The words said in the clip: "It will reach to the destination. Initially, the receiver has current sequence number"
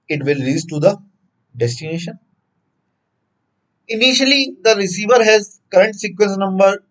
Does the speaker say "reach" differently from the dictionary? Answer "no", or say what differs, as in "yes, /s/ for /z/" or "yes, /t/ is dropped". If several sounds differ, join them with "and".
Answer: yes, /s/ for /tʃ/